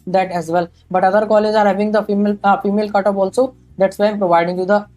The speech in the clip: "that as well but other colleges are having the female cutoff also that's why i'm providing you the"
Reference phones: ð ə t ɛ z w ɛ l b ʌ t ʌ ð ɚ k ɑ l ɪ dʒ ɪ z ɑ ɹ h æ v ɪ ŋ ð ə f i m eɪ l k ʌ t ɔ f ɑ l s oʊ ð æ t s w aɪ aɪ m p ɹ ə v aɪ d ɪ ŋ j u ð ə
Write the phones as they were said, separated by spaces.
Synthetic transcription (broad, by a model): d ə t ɛ z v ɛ l b ʌ t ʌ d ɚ k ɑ l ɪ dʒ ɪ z ɑ ɹ h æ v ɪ ŋ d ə f i m eɪ l k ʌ t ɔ p ɑ l s oʊ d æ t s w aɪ aɪ m p ɹ ə v aɪ d ɪ ŋ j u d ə